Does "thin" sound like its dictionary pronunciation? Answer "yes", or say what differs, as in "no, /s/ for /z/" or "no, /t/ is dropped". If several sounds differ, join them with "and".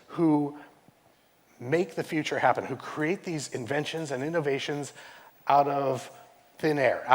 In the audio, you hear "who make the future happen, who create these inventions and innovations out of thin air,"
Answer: yes